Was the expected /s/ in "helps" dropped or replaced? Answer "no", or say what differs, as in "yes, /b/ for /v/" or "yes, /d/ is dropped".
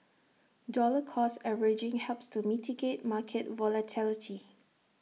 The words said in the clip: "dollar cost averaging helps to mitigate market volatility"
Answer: no